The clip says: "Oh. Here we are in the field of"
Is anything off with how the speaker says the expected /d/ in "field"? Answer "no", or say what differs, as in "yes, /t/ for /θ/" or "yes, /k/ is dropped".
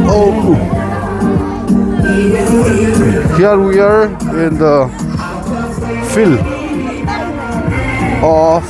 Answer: yes, /d/ is dropped